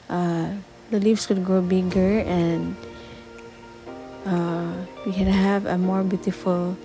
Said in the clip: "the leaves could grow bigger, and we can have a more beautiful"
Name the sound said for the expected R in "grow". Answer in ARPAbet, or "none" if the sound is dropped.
R